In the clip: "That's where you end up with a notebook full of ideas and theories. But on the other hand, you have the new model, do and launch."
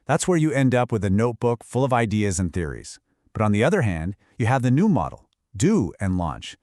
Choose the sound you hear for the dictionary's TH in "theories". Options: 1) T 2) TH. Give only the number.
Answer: 2